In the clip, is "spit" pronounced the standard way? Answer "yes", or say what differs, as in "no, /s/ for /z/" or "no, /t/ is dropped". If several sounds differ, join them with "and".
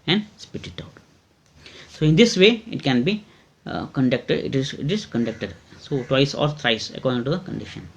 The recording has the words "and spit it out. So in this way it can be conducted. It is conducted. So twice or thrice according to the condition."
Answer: yes